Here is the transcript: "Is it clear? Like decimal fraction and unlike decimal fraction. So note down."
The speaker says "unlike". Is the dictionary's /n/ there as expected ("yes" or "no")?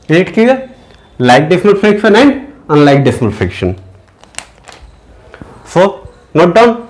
yes